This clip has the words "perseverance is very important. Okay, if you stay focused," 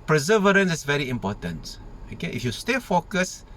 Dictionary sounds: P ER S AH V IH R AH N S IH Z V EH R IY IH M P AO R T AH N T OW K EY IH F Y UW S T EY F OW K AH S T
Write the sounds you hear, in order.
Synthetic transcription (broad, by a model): P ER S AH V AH R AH N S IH S V EH R IY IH M P AO T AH N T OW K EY IH F Y UW S T EY F OW K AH S